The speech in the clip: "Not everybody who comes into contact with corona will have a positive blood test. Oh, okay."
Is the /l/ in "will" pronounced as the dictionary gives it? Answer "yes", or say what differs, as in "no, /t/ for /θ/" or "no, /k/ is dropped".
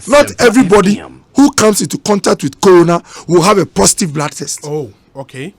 yes